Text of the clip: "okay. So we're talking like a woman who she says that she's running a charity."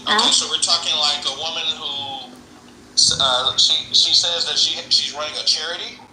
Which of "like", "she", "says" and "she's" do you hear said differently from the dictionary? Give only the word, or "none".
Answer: none